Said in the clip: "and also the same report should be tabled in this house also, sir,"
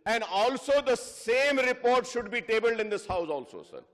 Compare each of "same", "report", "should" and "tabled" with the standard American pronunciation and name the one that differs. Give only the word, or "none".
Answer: none